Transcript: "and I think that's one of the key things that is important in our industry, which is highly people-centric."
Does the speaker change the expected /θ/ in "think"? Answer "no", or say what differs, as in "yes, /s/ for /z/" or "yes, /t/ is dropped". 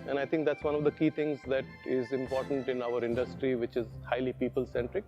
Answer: yes, /t/ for /θ/